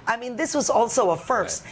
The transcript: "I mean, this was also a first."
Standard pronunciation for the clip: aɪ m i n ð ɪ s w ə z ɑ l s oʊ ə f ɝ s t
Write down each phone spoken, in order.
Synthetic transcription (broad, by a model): aɪ m i n ð ɪ s w ə z ɑ l s oʊ ə f ɝ s t